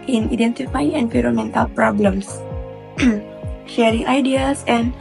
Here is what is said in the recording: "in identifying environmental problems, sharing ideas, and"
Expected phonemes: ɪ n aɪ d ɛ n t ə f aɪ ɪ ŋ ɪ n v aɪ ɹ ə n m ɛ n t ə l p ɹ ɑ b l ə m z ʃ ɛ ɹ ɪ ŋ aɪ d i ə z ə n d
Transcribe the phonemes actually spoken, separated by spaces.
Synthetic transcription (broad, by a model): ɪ n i d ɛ n t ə f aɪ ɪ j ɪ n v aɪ ɹ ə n m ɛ n t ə l p ɹ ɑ b l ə m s ʃ ɛ ɹ ɪ ŋ aɪ d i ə s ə n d